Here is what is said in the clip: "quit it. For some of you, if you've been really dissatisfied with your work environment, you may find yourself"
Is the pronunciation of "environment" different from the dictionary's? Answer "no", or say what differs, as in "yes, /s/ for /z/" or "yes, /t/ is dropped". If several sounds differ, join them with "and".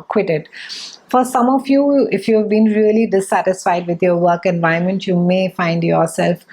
yes, /ɹ/ is dropped